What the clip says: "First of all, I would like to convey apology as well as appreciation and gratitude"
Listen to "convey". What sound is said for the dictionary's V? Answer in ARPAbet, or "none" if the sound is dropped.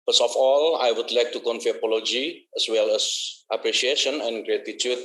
F